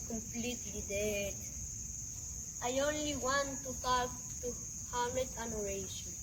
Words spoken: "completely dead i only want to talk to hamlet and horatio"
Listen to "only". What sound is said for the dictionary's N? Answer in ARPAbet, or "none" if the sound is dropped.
N